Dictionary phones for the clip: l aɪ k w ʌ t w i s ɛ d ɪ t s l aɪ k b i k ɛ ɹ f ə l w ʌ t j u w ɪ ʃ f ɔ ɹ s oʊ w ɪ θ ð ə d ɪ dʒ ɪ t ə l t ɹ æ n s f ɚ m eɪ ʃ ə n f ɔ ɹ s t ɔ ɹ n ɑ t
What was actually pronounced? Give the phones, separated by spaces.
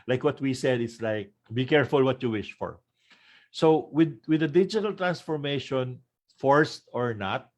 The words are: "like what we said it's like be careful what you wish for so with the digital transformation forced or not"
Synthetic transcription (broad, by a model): l aɪ k w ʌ t w i s ɛ d ɪ t s l aɪ k b i k ɛ ɹ f ə l w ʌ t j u w ɪ ʃ f ɔ ɹ s oʊ w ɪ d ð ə d ɪ dʒ ɪ t ə l t ɹ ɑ n s f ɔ m eɪ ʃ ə n f ɔ ɹ s t ɔ ɹ n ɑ t